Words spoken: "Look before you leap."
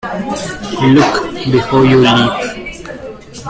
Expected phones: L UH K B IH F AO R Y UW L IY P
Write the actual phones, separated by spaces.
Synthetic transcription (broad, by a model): L UH K B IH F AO Y UW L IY